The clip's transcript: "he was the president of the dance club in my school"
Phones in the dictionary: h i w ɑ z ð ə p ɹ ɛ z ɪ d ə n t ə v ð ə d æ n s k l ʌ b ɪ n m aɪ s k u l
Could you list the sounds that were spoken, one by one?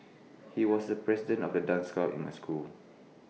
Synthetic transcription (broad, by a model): h i w ɑ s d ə p ɹ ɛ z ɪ d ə n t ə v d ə d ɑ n s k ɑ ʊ ɪ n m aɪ s k u l